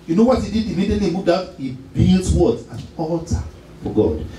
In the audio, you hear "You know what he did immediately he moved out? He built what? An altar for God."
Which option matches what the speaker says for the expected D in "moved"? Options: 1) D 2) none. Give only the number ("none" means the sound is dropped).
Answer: 1